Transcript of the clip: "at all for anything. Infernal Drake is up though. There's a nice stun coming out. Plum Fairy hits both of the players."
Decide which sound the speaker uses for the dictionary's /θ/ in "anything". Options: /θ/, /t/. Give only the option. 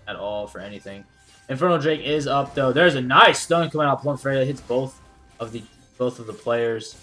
/θ/